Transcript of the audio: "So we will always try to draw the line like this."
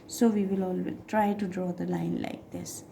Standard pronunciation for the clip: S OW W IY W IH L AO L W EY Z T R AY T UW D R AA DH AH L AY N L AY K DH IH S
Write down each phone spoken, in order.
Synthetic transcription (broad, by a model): S OW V IY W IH L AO L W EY T R AY T UW D R AA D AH L AY N L AY K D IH S